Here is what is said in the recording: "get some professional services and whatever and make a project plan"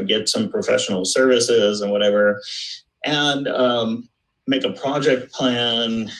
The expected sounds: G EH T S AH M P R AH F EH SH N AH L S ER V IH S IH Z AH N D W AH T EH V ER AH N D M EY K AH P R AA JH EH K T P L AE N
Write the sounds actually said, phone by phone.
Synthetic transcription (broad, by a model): G EH T S AH M P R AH F EH SH N L S ER V IH S IH Z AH N W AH T EH V ER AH N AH M EY K AH P R AA JH EH K T P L AE N